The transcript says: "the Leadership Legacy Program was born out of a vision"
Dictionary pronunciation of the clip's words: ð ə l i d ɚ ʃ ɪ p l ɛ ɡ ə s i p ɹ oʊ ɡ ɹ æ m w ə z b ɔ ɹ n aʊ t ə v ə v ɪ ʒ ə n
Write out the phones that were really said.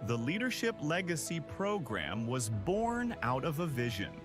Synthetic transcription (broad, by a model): ð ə l i d ɚ ʃ ɪ p l ɛ ɡ ə s i p ɹ oʊ ɡ ɹ æ m w ə z b ɔ ɹ n aʊ t ə v ə v ɪ ʒ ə n